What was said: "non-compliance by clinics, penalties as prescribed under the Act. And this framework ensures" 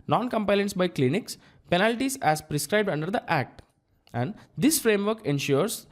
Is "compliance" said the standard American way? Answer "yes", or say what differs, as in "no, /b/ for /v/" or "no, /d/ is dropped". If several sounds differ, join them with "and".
no, /l/ is dropped